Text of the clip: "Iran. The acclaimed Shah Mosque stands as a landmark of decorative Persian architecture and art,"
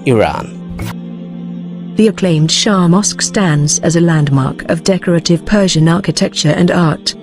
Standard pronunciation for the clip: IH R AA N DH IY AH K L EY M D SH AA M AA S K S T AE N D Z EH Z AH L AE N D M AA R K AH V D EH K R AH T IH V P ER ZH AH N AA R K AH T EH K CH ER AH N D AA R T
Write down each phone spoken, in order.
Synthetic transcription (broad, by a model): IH R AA N DH IY AH K L EY M D SH AA M AA S K S T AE N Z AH Z AH L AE N D M AA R K AH V D EH K R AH T IH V P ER ZH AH N AA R K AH T EH K CH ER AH N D AA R T